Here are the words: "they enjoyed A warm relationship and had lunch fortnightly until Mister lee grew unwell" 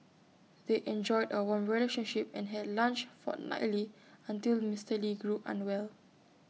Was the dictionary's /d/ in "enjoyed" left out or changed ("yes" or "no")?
no